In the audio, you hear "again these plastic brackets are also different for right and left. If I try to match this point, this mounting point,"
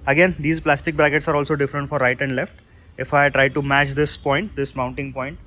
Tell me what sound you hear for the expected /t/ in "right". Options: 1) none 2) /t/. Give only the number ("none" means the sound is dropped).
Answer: 2